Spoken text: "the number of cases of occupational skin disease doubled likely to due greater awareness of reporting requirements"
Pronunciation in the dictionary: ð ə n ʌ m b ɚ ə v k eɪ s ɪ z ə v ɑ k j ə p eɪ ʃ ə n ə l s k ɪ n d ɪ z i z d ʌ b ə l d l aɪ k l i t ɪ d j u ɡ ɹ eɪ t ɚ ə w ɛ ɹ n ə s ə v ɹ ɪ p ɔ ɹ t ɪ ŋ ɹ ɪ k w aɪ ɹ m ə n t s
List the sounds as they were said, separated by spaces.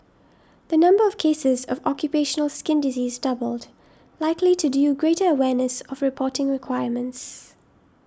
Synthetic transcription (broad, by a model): ð ə n ʌ m b ɚ ə v k eɪ s ɪ z ə v ɑ k j ə p eɪ ʃ ə n ə l s k ɪ n d ɪ z i z d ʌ b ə l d l aɪ k l i t ɪ d j u ɡ ɹ eɪ t ɚ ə w ɛ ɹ n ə s ə v ɹ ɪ p ɔ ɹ t ɪ ŋ ɹ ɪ k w aɪ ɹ m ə n t s